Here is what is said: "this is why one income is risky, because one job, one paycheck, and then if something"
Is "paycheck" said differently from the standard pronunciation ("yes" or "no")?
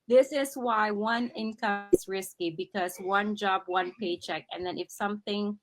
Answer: no